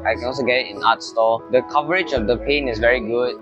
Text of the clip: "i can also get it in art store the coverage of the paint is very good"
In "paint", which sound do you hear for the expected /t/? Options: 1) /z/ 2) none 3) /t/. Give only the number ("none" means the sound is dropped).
2